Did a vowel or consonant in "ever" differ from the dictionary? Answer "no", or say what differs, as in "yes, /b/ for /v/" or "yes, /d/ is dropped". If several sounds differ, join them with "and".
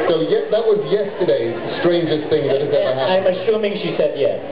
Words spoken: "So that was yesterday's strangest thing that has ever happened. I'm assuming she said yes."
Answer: yes, /v/ is dropped